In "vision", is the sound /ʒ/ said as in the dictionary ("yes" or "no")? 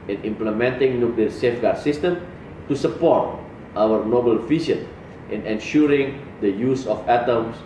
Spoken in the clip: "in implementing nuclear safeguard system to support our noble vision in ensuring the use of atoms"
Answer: no